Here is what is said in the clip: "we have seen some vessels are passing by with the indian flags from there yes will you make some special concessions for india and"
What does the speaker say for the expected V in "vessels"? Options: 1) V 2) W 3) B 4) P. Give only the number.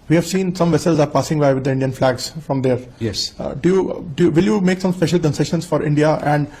1